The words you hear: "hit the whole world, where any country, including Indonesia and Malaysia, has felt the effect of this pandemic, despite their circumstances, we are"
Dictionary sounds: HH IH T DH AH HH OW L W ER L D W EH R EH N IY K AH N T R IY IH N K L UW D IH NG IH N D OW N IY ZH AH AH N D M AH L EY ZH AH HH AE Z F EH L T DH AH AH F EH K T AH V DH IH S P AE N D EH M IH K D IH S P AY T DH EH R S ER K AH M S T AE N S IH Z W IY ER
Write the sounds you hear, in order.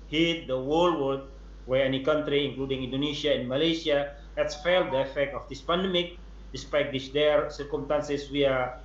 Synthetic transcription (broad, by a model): HH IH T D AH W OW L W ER D W EH R EH N IY K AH N T R IY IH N K L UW D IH NG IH N D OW N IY S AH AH N M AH L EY S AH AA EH S F EH L T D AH AH F EH K T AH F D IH S P AE N D EH M IH K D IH S P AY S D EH R S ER K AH M S T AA N S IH S W IY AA